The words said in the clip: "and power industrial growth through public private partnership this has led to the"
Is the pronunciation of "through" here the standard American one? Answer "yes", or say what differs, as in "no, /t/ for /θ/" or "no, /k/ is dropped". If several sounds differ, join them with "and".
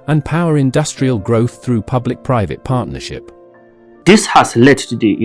yes